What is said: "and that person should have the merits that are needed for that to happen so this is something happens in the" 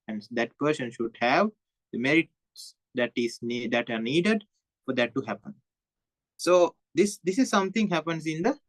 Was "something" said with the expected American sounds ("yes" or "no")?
no